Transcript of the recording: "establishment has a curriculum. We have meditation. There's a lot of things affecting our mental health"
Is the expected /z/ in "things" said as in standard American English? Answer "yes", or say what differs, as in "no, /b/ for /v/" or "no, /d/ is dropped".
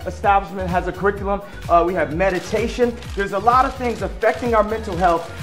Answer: yes